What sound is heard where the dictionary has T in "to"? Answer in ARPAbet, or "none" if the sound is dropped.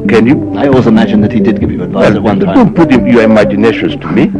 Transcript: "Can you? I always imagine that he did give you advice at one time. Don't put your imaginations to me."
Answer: T